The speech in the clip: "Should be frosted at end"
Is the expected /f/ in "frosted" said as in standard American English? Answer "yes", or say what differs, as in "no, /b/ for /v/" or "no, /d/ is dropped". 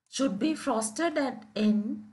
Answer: yes